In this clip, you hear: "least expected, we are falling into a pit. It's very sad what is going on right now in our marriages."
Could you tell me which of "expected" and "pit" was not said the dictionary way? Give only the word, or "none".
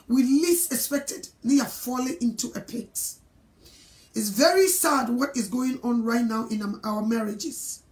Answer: none